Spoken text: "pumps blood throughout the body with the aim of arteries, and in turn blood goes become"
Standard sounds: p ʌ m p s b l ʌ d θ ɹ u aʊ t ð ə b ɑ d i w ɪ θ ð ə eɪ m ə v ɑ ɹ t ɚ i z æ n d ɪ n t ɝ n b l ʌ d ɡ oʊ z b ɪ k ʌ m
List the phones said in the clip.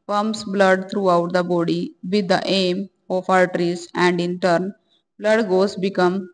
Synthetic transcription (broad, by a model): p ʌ m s b l ʌ d t ɹ u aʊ t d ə b ɑ d i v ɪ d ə eɪ m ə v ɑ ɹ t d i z æ n d ɪ n t ɝ n b l ʌ d ɡ oʊ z b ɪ k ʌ m